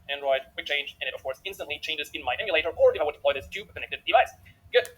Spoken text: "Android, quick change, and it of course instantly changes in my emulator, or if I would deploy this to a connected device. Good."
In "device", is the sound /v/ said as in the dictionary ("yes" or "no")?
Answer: yes